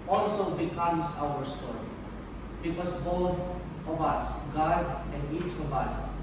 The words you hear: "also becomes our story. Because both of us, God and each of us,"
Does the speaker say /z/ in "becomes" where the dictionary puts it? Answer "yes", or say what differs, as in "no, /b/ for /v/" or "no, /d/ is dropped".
no, /s/ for /z/